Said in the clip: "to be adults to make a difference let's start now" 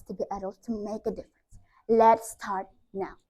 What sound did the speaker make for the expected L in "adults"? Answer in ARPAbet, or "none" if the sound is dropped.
none